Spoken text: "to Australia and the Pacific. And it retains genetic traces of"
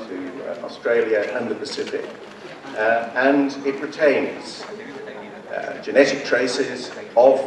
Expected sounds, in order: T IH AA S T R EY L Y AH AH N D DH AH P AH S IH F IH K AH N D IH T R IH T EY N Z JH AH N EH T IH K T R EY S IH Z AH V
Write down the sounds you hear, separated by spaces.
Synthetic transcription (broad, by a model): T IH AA S T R EY L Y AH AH N DH AH P AH S IH F IH K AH N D IH T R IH T EY N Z JH AH N EH T IH K T R EY S IH Z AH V